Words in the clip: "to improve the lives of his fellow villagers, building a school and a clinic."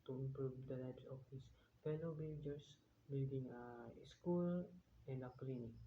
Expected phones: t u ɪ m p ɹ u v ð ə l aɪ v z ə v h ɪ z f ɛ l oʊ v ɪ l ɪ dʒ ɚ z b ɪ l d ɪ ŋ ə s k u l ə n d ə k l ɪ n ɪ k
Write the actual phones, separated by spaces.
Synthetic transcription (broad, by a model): t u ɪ m p ɹ u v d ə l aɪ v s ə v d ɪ s f ɛ l oʊ b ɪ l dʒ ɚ s b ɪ l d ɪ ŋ ə s k u l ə n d ə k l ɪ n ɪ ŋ